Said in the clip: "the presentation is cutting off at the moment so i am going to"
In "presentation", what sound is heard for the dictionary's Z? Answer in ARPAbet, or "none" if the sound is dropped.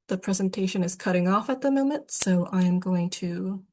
Z